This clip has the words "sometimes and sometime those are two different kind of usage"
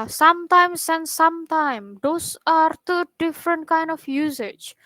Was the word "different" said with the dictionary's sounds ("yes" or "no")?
yes